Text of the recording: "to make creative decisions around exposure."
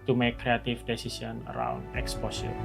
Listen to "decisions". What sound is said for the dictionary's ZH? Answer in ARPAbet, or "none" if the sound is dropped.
S